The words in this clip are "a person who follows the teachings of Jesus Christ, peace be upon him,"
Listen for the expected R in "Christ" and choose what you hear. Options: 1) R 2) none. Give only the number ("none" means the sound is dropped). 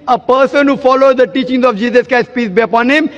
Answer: 2